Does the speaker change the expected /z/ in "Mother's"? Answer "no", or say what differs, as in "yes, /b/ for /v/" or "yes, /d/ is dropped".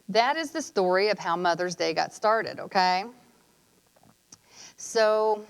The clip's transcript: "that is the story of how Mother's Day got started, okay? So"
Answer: no